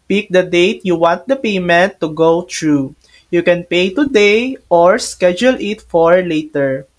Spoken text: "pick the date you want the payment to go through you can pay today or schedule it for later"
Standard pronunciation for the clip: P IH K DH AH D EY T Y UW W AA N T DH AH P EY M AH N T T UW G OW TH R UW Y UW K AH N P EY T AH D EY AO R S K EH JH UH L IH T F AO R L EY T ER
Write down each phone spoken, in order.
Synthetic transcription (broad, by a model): P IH K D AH D EY T Y UW W AA N T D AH P EY M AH N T T UW G OW T R UW Y UW K AH N P EY T AH D EY AO R S K EH JH UH L IH T F AO R L EY T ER